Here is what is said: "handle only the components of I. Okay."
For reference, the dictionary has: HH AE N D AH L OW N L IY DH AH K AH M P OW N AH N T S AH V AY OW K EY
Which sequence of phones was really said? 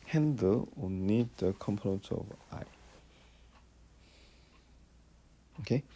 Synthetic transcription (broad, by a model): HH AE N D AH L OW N IY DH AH K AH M P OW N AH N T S AH V AY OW K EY